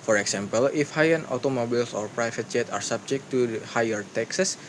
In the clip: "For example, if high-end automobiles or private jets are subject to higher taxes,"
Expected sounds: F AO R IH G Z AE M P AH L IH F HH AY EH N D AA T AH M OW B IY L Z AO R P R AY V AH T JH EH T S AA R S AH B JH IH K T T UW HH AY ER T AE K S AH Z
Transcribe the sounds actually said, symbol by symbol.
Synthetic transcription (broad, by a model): F AO R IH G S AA M P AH L IH F HH AY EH N AA T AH M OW B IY L S AO R P R AY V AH T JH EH T AA R S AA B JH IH K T T UW HH AY ER T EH K S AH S